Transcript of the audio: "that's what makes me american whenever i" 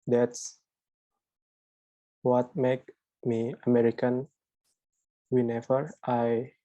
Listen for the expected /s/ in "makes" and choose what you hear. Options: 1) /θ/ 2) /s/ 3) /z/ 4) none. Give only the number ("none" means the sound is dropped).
4